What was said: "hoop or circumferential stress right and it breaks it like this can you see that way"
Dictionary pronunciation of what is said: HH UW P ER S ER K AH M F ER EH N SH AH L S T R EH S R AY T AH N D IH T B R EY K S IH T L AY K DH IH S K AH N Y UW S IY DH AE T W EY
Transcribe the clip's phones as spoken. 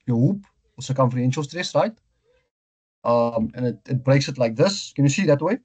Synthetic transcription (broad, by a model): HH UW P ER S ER K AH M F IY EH N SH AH L S T R EH S R AY T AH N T IH T B R EY K S IH T L AY K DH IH S K AH N Y UW S IY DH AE T W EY